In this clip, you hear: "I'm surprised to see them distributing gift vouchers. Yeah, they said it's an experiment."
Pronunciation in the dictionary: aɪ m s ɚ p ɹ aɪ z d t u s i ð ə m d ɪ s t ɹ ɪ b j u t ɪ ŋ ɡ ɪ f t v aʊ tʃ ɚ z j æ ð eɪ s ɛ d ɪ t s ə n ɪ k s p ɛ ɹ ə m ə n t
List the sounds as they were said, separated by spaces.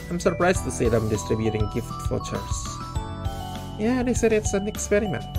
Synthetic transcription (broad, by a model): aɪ m s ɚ p ɹ aɪ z t u s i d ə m d ɪ s t ɹ ɪ b j u t ɪ ŋ ɡ ɪ f t f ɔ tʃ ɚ s j æ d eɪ s ɛ d ɪ t s ə n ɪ k s p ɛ ɹ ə m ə n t